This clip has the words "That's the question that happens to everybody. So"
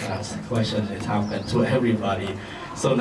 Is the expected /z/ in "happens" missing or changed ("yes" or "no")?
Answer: yes